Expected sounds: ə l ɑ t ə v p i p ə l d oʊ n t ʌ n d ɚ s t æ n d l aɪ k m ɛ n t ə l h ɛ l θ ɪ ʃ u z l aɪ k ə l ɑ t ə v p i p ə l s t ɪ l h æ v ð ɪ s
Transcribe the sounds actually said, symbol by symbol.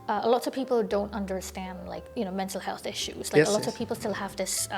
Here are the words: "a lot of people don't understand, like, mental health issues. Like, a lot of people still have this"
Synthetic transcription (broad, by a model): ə l ɑ t ə v p i p l d oʊ n t ʌ n d ɚ s t æ n d l aɪ k m ɛ n t l h ɛ l θ ɪ ʃ u z l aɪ ə l ɑ t ə v p i p l s t ɪ l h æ v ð ɪ s